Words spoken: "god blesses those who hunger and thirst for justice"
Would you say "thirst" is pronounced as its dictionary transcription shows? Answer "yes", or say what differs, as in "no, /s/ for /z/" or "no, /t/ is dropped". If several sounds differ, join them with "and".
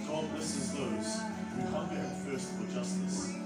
no, /f/ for /θ/